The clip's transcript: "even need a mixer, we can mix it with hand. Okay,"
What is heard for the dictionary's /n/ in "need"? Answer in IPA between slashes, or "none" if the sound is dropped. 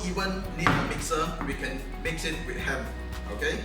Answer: /l/